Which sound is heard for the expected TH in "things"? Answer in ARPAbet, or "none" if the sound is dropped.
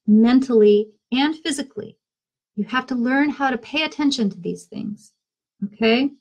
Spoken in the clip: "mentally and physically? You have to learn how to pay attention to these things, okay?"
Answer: TH